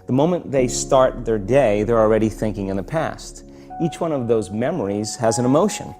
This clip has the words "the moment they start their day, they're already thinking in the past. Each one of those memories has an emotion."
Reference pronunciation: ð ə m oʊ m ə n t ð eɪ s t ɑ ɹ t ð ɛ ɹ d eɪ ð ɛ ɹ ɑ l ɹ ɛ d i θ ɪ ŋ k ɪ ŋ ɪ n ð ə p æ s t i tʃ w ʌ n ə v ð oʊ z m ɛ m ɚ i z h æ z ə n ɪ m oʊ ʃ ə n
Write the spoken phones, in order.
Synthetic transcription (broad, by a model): ð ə m oʊ m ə n ð eɪ s t ɑ ɹ t ð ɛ ɹ d eɪ ð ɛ ɹ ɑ l ɹ ɛ d i θ ɪ ŋ k ɪ ŋ ɪ n ð ə p æ s t i tʃ w ʌ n ə v ð oʊ z m ɛ m ɚ i z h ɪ z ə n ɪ m oʊ ʃ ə n